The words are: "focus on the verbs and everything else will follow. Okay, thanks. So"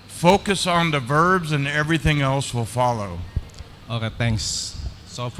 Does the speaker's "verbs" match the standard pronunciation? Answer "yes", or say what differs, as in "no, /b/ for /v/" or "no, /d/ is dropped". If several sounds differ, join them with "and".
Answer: yes